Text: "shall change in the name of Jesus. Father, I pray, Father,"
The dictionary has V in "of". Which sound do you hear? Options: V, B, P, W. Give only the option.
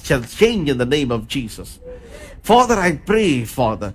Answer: V